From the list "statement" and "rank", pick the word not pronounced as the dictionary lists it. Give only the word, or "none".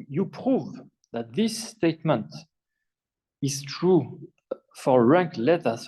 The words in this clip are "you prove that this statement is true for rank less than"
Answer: none